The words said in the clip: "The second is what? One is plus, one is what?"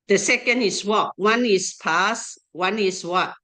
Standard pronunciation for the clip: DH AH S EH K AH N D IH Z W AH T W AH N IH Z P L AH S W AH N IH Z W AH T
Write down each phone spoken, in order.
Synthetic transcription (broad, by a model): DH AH S EH K AH N D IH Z W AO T W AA N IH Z P AA S W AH N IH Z W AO T